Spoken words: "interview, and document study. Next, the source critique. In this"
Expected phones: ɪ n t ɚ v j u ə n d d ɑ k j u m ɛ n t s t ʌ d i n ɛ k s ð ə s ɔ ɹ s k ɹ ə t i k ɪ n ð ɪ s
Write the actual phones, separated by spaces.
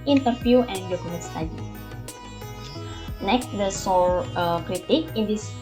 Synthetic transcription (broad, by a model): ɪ n t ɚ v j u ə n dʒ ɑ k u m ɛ t s t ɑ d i n ɛ k s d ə s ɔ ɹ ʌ k ɹ ə t i k ɪ n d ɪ s